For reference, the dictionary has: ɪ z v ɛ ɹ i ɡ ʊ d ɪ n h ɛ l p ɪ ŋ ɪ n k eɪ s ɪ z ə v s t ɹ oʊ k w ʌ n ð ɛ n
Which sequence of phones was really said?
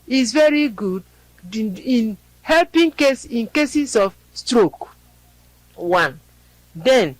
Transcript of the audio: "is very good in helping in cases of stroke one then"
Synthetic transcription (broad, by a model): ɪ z v ɛ ɹ i ɡ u d ɪ n h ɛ l p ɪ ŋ ɪ n k eɪ s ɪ s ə f s t ɹ oʊ k w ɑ n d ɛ n